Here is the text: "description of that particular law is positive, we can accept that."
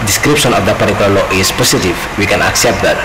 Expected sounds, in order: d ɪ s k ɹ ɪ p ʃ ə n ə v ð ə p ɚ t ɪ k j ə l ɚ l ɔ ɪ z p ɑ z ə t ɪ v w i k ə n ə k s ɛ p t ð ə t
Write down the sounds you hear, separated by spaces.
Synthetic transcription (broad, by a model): d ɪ s k ɹ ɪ p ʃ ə n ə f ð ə p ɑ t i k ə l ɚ l ɔ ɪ s p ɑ s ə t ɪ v w i k ə n ə k s ɛ p t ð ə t